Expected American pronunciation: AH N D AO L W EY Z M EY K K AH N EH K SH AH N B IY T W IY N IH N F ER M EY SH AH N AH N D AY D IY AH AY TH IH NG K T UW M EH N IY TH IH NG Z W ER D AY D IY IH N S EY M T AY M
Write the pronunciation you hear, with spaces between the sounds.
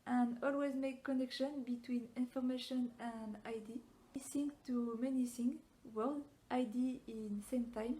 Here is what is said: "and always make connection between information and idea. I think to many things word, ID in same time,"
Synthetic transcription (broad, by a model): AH N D AO L W EY Z M EY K K AH N EH K SH AH N B IY T W IY N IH N F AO M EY SH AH N AH N D AY D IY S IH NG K T UW M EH N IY S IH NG W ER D AY D IY IH N S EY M T AY M